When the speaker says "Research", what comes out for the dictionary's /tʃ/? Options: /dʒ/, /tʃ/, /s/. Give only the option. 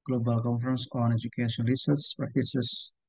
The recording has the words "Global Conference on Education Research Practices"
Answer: /s/